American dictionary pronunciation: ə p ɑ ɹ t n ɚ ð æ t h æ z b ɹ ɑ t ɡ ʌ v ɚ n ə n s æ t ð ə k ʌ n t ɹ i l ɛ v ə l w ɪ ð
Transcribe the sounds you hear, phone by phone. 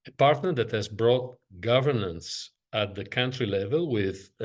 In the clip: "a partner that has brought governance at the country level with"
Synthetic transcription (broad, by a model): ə p ɑ ɹ t n ɚ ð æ t h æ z b ɹ ɑ t ɡ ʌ v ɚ n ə n s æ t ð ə k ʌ n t ɹ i l ɛ v ə l w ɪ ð